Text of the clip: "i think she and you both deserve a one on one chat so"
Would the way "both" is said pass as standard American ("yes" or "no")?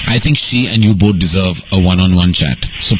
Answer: no